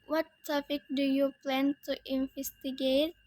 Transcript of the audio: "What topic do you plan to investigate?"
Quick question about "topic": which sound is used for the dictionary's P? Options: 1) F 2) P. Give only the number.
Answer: 1